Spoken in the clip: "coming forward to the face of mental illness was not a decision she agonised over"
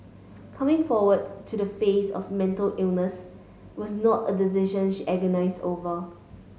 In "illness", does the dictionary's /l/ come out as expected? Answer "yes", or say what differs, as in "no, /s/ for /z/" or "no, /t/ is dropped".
yes